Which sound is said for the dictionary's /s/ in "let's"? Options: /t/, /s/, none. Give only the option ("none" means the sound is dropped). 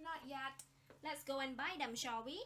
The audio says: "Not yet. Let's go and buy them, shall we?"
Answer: /s/